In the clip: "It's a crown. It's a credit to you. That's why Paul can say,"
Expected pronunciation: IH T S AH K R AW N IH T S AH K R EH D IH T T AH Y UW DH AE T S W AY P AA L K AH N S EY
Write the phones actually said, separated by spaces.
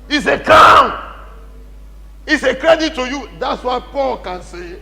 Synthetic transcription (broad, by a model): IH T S AH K AW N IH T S AH K R EH D IH T T AH Y UW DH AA T S W AY P AA L K AH N S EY